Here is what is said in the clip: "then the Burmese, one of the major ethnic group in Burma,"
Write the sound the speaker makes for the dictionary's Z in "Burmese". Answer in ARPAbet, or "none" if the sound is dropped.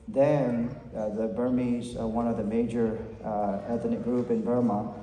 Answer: Z